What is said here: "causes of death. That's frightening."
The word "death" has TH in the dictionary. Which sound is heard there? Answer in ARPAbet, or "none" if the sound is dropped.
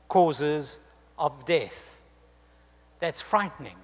TH